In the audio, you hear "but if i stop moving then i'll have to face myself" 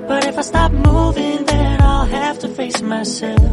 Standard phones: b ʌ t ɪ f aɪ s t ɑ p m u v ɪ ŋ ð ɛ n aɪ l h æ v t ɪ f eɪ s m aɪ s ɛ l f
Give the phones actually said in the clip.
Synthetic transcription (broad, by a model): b ʌ t ɪ f aɪ s t ɑ p m u v ɪ ŋ ð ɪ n aɪ l h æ f t ɪ f eɪ s m aɪ s ɛ l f